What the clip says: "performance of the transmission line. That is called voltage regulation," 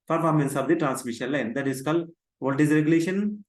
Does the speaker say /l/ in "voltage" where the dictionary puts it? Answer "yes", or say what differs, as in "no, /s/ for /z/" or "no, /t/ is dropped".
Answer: no, /l/ is dropped